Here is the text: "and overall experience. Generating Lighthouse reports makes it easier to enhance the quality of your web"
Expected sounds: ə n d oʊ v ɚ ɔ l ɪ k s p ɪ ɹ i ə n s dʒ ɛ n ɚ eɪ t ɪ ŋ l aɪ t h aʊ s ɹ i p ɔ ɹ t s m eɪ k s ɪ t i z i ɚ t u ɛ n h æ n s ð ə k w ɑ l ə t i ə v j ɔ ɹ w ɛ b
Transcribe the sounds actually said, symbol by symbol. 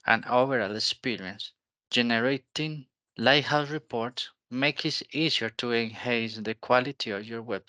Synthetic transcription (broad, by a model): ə n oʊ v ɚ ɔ l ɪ k s p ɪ ɹ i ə n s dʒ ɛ n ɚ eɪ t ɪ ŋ l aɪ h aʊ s ɹ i p ɔ ɹ t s m eɪ k ɪ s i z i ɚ t u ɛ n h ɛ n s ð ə k w ɑ l ə t i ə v j ɔ ɹ w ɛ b